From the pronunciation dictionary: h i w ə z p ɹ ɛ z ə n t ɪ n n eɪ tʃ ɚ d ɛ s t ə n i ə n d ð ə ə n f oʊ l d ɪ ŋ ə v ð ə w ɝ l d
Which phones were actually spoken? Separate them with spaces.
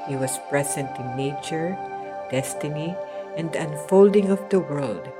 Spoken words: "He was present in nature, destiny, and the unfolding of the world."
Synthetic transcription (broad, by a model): h i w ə s p ɹ ɛ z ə n t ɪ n n eɪ tʃ ɚ d ɛ s t ə n i ə n d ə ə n f oʊ l d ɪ ŋ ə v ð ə w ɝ l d